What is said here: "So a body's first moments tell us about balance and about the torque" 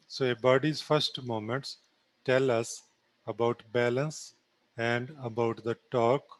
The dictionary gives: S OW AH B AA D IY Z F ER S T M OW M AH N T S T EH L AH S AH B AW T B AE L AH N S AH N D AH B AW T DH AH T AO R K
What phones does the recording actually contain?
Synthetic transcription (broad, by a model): S OW AH B AA D IY Z F ER S T M OW M AH N T S T EH L AH S AH B AW T B AE L AH N S AH N D AH B AW T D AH T AO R K